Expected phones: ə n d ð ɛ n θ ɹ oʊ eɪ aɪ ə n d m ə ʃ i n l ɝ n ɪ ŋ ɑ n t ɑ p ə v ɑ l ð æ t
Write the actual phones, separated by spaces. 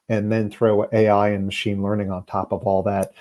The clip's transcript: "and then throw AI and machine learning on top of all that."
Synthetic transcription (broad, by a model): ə n ð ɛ n θ ɹ oʊ eɪ aɪ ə n m ə ʃ i n l ɝ n ɪ ŋ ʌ n t ɑ p ə v ɑ l ð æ t